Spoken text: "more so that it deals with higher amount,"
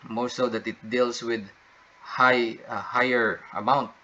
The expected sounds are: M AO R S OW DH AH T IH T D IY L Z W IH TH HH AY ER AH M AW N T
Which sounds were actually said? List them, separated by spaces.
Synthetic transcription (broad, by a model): M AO S OW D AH T IH T D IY L S W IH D HH AY ER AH M AW N T